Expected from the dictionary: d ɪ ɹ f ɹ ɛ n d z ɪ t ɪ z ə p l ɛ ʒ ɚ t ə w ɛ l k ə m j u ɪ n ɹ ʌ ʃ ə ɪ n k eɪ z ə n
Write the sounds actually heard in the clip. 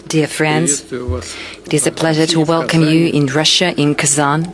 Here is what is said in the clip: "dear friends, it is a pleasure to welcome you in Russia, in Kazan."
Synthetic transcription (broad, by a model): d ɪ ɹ f ɹ ɛ n d z ɪ t ɪ z ə p l ɛ ʒ ɚ t ə w ɛ l k ə m j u ɪ n ɹ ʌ ʃ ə ɪ n k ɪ z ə n